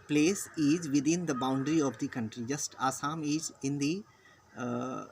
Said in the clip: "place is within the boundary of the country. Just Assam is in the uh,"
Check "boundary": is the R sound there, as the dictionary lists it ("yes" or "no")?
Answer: yes